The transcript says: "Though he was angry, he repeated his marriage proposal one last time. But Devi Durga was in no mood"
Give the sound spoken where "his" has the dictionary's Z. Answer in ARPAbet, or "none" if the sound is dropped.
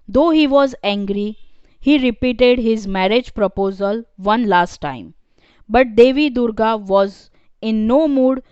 Z